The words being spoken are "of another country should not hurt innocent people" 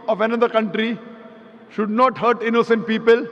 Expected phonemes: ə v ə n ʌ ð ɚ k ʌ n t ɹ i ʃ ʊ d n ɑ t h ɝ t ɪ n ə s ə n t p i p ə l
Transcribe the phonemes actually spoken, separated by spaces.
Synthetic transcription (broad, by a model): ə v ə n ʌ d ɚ k ʌ n t ɹ i ʃ ʊ d n ɑ t h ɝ t ɪ n ə s ə n t p i p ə l